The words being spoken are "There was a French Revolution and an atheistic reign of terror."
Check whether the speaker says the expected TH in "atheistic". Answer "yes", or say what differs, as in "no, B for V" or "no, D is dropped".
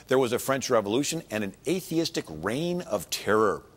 yes